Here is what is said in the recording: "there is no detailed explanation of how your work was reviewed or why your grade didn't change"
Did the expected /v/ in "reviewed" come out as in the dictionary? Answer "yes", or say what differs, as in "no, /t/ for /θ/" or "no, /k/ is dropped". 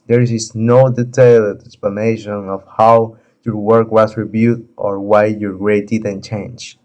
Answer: no, /b/ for /v/